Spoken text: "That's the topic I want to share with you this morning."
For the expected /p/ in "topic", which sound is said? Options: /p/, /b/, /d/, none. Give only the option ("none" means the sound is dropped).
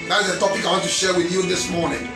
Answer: /p/